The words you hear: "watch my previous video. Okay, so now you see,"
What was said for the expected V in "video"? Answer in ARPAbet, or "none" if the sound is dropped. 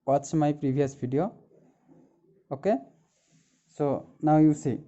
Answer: B